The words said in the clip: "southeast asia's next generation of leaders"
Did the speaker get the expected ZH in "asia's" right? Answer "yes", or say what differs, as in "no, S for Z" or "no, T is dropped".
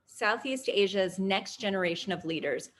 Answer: yes